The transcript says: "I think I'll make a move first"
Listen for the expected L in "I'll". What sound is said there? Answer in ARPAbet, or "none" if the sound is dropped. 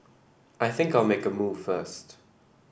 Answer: L